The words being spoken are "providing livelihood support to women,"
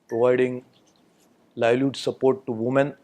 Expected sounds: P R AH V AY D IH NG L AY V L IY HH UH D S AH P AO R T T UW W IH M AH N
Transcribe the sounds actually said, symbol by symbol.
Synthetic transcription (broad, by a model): P R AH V AY D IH NG L AY L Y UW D S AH P AO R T T UW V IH M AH N